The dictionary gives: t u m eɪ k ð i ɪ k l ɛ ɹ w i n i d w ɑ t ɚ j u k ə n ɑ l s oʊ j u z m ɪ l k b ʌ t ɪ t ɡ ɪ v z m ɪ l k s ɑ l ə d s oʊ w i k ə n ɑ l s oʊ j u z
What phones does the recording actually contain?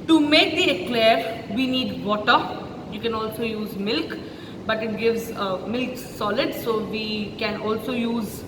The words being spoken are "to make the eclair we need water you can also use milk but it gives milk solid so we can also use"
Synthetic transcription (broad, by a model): t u m eɪ k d i ɪ k l ɛ ɹ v i n i d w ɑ t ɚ j u k ə n ɑ l s oʊ j u z m ɪ l k b ʌ t ɪ t ɡ ɪ v z m ɪ l k s ɑ l ə d s oʊ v i k ə n ɑ l s oʊ j u z